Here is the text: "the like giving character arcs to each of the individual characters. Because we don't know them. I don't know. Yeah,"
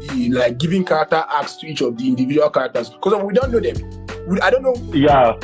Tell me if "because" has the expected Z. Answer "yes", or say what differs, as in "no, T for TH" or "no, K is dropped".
no, Z is dropped